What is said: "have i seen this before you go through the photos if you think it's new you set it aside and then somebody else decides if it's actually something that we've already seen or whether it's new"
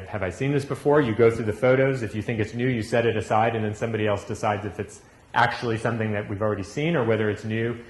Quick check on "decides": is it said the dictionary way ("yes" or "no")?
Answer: yes